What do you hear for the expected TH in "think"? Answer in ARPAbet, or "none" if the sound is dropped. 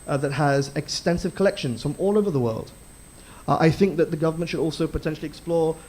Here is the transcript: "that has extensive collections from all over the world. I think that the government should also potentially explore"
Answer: TH